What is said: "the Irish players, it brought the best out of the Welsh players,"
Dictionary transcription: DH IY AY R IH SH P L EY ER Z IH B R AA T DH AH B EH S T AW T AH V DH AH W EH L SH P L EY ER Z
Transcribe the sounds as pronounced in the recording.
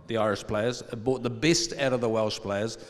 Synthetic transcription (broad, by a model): DH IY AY R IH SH P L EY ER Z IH B AA T DH AH B EH S T AW T AH V DH AH W EH L SH P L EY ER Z